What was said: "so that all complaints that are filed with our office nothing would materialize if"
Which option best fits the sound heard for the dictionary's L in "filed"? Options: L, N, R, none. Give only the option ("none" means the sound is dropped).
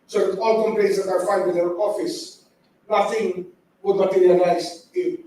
N